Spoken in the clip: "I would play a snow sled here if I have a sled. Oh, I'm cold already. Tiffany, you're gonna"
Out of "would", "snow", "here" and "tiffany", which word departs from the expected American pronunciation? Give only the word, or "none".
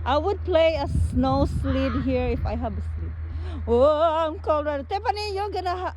tiffany